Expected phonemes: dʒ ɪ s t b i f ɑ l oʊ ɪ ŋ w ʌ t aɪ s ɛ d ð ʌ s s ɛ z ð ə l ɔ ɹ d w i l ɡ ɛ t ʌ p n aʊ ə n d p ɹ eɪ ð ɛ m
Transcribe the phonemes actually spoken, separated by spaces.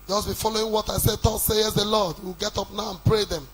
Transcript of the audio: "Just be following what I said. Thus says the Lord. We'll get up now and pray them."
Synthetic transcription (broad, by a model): dʒ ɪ s b i f ɑ l oʊ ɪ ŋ w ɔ t aɪ s ɛ d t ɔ s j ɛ s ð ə l ɔ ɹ d w i l ɡ ɛ t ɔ p n aʊ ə n p ɹ eɪ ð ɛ m